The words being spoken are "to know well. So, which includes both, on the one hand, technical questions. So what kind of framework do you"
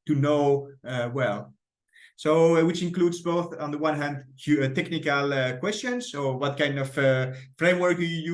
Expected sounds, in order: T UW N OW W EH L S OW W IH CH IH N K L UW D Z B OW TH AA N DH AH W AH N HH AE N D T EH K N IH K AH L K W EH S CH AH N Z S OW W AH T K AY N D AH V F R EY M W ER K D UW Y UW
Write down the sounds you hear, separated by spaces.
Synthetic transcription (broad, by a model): T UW N OW W EH L S OW W IH CH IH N K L UW D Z B OW TH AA N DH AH W AH N HH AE N D T EH K N IH K AH L K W EH S CH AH N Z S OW W AH T K AY N D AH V F R EY M W ER K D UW Y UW